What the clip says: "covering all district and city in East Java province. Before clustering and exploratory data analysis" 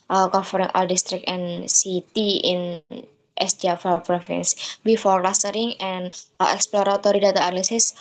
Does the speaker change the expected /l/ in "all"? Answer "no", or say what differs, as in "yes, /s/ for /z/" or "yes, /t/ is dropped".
no